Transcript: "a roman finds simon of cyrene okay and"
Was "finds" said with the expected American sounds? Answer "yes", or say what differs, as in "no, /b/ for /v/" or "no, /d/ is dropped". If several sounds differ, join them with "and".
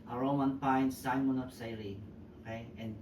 no, /p/ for /f/